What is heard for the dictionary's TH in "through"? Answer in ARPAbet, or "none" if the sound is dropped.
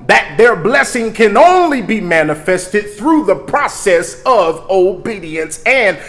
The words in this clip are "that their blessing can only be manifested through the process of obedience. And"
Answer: TH